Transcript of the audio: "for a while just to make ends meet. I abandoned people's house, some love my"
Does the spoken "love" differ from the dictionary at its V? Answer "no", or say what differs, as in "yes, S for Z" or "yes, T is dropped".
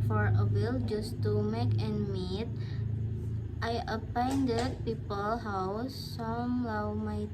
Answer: yes, W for V